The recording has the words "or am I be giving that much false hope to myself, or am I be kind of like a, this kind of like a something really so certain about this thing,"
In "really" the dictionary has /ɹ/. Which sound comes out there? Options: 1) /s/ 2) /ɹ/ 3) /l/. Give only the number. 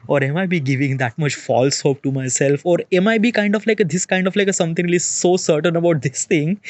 3